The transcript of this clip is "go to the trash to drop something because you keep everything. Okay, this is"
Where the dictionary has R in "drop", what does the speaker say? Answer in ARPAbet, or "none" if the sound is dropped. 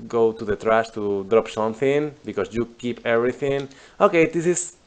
R